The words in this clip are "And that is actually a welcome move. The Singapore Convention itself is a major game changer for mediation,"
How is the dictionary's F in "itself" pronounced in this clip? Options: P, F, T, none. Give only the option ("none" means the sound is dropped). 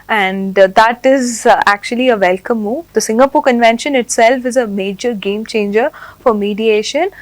F